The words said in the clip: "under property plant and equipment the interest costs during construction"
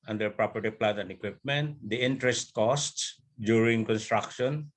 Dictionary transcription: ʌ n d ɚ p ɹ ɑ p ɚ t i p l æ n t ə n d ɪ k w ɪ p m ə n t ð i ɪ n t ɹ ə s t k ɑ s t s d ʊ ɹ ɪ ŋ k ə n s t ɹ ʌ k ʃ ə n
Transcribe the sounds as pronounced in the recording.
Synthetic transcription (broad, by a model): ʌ n d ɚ p ɹ ɑ p ɚ t i p l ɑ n ə n d ɪ k w ɪ p m ə n t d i ɪ n t ɹ ə s t k ɑ s t s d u ɹ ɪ ŋ k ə n s t ɹ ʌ k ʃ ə n